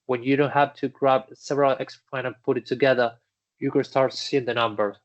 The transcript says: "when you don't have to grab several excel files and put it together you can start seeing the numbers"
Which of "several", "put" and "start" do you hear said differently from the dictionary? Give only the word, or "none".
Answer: none